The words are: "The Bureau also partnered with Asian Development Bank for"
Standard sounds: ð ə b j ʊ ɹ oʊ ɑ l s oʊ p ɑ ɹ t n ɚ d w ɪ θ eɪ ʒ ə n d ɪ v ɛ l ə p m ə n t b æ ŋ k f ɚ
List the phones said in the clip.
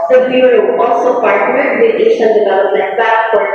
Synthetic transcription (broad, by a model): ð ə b j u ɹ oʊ ɑ l s oʊ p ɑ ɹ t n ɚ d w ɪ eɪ ʃ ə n d ɪ v ɛ l ə p m ə n t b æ k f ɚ